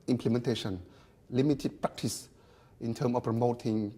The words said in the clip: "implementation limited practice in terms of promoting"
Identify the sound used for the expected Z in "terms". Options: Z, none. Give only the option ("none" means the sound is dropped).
none